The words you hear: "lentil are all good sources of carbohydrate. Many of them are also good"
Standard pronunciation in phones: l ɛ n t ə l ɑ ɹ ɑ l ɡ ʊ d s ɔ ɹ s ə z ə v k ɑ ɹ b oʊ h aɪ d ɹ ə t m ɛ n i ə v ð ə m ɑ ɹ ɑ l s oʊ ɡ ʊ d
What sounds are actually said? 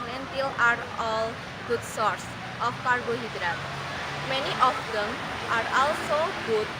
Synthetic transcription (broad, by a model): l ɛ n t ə l ɑ ɹ ɑ l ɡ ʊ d s ɔ ɹ s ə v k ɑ ɹ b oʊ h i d ɹ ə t m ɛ n i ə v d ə m ɑ ɹ ɑ l s oʊ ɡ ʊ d